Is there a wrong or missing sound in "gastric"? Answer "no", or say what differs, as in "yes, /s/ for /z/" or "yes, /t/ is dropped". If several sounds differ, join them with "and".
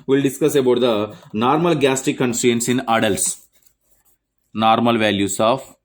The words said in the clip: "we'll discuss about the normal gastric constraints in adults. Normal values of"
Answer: yes, /ɹ/ is dropped